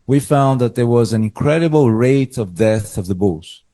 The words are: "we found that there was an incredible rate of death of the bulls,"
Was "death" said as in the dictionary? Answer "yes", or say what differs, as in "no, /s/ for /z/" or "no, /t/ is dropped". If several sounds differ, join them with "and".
yes